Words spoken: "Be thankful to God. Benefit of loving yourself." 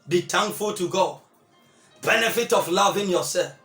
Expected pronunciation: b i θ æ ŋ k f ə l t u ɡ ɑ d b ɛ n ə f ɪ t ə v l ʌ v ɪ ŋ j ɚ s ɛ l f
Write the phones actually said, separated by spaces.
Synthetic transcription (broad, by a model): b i t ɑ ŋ f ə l t u ɡ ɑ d b ɛ n ə f ɪ t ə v l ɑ v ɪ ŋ j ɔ s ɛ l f